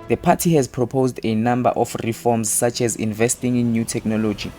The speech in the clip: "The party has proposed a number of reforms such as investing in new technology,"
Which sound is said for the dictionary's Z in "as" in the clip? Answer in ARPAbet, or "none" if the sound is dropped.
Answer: Z